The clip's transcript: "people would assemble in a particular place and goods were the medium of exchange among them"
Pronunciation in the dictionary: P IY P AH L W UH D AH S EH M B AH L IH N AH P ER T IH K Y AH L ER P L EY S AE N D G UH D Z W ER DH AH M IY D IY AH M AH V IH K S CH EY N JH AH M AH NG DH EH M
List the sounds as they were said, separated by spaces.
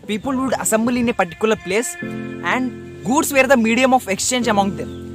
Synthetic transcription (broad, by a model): P IY P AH L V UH D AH S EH M B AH L IH N AH P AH T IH K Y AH L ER P L EY S AE N D G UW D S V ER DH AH M IY D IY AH M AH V IH K S CH EY N JH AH M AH NG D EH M